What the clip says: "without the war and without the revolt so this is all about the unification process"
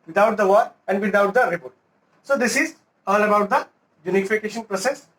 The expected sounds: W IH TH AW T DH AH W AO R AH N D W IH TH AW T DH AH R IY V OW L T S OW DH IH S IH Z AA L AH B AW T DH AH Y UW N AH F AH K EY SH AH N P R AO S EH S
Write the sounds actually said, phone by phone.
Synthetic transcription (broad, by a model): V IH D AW T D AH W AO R AH N D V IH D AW T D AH R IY P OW T S OW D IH S IH Z AA L AH B AW T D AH Y UW N AH F AH K EY SH AH N P R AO S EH S